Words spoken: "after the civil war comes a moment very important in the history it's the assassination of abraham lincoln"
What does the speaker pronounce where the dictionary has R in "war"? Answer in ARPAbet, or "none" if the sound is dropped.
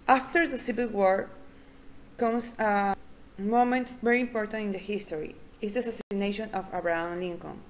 R